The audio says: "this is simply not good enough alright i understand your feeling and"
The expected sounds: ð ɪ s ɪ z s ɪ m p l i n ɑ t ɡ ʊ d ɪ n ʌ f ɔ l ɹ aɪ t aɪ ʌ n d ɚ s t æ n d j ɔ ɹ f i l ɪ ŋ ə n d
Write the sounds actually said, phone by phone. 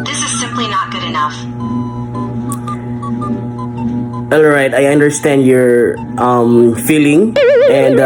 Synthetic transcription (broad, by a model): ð ɪ s ɪ z s ɪ m p l i n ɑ t ɡ ʊ d ɪ n ʌ f ɔ l ɹ aɪ t aɪ ʌ n d ɚ s t æ n d j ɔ ɹ f i l ɪ ŋ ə n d